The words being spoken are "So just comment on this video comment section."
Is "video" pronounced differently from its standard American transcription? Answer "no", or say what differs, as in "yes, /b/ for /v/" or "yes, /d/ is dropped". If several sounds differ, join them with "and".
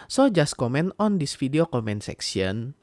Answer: yes, /f/ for /v/